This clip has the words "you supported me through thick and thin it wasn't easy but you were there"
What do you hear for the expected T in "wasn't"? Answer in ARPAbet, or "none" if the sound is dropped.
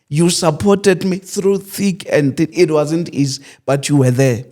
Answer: T